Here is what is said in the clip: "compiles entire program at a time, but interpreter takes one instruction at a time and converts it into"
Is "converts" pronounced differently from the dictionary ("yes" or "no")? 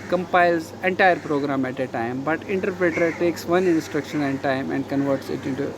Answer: no